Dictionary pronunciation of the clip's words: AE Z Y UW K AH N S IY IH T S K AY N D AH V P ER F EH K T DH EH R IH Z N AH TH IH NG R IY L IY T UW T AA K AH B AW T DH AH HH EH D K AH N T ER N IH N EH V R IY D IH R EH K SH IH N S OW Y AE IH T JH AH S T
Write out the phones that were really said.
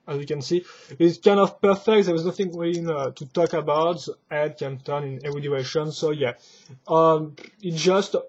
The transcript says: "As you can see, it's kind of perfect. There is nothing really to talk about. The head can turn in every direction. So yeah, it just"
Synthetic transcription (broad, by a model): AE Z Y UW K AH N S IY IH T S K AY N D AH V P ER F EH K T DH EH W IH Z N AH TH IH NG W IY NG T UW T AA K AH B AW T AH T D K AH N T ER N IH N EH V R IY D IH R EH SH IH N S OW Y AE IH T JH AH S T